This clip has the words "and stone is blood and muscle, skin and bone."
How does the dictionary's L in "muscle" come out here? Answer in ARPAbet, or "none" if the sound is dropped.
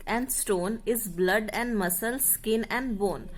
L